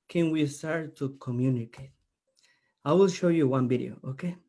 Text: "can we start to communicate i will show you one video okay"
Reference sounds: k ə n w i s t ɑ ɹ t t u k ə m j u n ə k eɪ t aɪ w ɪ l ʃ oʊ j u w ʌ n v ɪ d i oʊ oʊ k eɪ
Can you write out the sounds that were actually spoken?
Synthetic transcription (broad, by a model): k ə n w i s t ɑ ɹ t t u k ə m j u n ə k eɪ t aɪ w ɪ l ʃ oʊ j u w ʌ n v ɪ d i oʊ oʊ k eɪ